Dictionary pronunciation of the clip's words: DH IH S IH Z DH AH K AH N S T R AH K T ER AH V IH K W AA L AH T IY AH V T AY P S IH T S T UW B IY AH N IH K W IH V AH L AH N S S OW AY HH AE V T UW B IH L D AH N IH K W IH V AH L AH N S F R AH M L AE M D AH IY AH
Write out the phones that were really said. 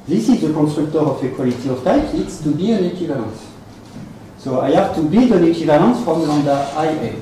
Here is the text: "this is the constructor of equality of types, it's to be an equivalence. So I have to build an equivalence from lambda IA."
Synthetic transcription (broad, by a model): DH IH S IH Z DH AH K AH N S T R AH K T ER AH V IH K W AA L AH T IY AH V T AY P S IH T S T UW B IY AH N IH K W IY V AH L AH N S S OW AY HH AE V T UW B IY D AH N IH K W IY V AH L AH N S F R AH M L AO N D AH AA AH